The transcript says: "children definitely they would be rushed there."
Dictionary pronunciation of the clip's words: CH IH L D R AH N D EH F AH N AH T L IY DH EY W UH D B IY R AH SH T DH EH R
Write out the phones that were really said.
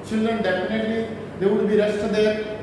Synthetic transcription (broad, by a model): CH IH L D R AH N D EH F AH N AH T L IY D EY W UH D B IY R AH S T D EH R